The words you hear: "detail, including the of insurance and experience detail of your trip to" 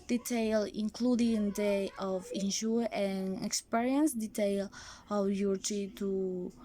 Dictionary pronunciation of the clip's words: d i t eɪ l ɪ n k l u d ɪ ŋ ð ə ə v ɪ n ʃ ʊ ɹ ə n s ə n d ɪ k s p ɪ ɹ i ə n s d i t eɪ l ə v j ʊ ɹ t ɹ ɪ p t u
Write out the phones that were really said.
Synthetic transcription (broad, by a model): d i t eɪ l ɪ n k l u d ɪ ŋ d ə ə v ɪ n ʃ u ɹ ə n ə k s p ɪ ɹ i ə n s d i t eɪ l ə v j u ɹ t i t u